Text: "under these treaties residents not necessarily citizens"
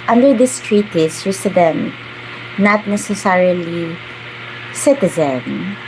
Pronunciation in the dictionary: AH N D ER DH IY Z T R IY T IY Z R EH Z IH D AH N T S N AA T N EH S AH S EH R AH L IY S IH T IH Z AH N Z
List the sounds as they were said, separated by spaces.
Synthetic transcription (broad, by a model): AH N D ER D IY S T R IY T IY S R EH S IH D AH N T N AA T N EH S AH S EH R AH L IY S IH T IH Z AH N